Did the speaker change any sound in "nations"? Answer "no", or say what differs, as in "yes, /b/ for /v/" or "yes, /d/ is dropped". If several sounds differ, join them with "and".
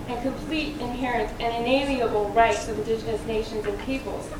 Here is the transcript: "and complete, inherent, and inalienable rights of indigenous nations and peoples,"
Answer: no